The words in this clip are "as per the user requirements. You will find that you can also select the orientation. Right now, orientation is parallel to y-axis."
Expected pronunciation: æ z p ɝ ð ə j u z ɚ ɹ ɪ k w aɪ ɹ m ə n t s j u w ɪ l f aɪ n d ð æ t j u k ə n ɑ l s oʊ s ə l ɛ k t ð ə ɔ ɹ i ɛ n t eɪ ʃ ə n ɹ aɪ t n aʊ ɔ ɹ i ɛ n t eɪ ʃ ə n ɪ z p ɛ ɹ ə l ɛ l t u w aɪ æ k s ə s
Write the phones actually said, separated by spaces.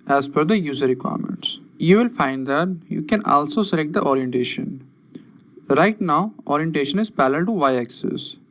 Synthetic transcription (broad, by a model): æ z f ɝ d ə j u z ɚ ɹ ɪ k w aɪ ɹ m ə n t s j u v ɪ l f aɪ n d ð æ t j u k ə n ɑ l s oʊ s ə l ɛ k t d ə ɔ ɹ i ɛ n t eɪ ʃ ə n ɹ aɪ t n aʊ ɔ ɹ i ɛ n t eɪ ʃ ə n ɪ z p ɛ l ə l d t u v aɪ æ k s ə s